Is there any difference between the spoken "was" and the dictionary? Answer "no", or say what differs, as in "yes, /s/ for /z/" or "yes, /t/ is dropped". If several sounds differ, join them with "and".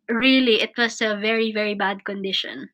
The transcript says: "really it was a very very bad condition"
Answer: yes, /s/ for /z/